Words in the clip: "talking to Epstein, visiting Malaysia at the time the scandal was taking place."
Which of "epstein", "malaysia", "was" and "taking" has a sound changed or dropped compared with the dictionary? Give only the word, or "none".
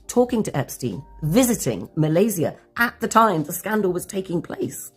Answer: malaysia